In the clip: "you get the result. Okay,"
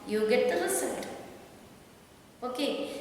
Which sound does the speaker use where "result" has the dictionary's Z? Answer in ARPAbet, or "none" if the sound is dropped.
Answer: S